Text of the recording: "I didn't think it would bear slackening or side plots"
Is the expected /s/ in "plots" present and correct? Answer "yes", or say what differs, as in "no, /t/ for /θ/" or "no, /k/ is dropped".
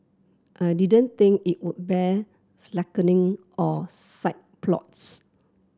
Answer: yes